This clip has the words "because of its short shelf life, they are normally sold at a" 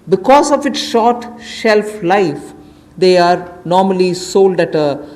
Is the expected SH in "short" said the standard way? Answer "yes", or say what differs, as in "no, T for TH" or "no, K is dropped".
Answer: yes